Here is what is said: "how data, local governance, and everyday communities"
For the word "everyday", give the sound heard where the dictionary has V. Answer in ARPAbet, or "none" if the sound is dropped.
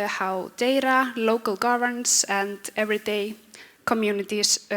V